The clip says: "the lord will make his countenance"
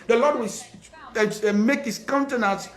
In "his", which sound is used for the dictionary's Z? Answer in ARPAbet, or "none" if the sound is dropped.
S